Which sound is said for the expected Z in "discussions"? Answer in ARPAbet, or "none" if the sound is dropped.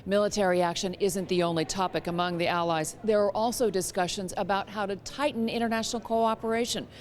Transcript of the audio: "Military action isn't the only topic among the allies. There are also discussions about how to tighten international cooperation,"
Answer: Z